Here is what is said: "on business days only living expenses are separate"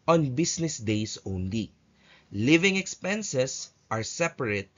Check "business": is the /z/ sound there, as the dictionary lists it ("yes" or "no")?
no